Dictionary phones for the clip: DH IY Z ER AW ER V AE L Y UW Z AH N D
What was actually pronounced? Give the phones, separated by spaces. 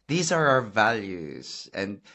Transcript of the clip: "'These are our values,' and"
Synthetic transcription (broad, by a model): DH IY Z ER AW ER V AE L Y UW Z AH N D